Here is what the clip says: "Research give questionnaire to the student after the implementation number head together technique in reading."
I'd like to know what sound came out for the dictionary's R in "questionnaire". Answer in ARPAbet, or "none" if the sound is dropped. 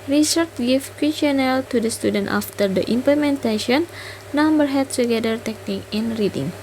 L